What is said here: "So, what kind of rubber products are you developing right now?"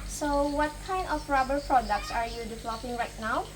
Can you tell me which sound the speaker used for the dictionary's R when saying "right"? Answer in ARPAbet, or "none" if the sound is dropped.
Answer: R